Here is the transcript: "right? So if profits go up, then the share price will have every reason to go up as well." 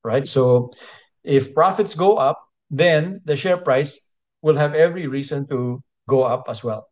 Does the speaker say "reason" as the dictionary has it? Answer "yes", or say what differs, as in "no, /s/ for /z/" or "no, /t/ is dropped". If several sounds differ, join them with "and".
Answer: no, /s/ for /z/